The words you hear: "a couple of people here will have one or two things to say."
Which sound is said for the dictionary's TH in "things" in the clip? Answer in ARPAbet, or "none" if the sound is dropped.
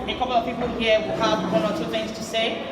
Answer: TH